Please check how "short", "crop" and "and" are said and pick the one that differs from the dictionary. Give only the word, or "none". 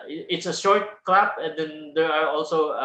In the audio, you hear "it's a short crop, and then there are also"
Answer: crop